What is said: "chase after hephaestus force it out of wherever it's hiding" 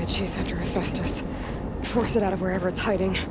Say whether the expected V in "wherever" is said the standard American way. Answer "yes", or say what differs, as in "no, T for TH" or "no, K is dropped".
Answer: yes